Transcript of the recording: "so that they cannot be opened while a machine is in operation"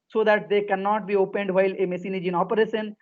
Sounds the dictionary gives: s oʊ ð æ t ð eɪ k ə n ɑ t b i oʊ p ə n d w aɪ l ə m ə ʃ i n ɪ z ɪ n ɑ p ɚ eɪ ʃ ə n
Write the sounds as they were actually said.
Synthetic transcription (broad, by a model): s oʊ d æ t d eɪ k ə n ɑ t b i oʊ p ə n d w aɪ l ə m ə s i n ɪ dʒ ɪ n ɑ p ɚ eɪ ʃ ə n